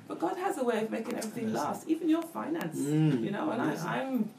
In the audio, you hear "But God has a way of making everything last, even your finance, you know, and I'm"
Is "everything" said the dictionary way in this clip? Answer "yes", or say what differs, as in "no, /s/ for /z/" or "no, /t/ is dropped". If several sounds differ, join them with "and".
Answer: yes